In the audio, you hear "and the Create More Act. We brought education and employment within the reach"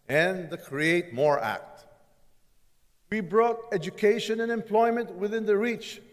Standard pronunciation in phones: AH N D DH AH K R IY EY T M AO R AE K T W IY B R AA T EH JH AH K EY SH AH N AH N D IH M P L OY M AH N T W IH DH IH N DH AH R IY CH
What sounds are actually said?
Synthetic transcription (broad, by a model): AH N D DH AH K R IY EY T M AO R AE K T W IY B R AA T EH JH AH K EY SH AH N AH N IH M P L OY M AH N T W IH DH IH N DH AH R IY CH